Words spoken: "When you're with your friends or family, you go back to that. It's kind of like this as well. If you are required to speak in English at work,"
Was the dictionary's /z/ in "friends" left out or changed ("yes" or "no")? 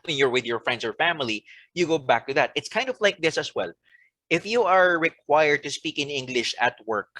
yes